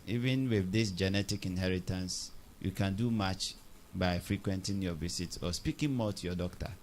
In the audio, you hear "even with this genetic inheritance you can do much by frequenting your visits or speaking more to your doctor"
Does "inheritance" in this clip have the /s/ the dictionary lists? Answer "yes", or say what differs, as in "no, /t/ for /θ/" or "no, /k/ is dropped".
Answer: yes